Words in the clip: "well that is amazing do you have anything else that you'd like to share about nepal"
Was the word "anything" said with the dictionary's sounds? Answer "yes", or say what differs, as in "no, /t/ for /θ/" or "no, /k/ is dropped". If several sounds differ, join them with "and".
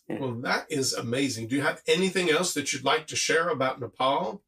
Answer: yes